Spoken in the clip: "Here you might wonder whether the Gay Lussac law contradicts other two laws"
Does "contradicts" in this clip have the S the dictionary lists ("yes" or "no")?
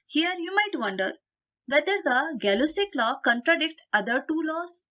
no